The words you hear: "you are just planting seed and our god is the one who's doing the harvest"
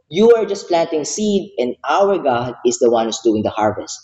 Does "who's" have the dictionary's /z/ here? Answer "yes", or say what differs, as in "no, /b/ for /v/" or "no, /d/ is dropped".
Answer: no, /s/ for /z/